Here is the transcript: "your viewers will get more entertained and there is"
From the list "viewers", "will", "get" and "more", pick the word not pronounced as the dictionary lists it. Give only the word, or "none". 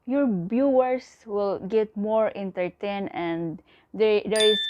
viewers